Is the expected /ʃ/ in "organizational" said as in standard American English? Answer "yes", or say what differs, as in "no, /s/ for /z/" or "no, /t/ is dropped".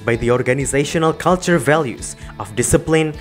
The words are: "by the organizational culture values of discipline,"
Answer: yes